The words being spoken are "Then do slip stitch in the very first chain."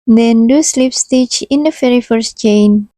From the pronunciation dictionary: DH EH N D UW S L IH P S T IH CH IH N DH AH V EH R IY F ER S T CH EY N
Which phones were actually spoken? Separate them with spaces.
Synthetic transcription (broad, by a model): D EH N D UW S L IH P S T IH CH IH N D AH F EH R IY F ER S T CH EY N